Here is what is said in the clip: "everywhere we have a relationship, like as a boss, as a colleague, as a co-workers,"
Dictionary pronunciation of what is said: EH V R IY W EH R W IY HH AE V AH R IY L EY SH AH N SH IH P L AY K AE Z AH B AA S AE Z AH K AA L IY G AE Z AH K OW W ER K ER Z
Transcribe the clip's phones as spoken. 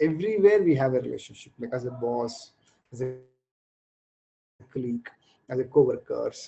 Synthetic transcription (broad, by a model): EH V R IY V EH R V IY HH AE V AH R IY L EY SH AH N SH IH P L AY K AE Z AH B AA S AE Z AH K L IY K AE Z AH K OW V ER K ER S